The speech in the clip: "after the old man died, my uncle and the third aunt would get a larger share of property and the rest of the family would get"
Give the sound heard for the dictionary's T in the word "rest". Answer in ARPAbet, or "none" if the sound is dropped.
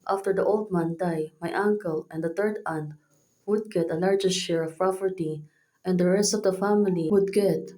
T